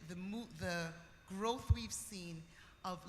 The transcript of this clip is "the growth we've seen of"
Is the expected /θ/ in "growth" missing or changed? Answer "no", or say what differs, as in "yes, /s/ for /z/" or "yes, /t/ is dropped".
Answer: no